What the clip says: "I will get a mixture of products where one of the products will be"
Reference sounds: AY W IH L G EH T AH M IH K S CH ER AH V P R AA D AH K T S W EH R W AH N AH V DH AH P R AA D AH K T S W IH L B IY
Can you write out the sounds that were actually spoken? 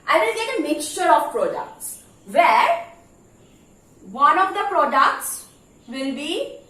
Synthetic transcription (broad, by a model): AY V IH L G EH T AH M IH K S CH ER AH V P R AA D AH K T S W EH R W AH N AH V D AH P R AA D AH K T S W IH L B IY